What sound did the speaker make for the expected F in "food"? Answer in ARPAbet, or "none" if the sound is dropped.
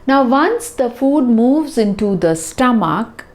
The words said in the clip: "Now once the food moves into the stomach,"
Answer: F